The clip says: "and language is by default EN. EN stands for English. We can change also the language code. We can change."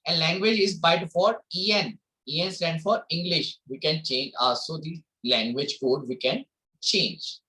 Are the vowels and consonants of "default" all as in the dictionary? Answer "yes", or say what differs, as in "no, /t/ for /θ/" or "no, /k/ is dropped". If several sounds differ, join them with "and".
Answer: no, /l/ is dropped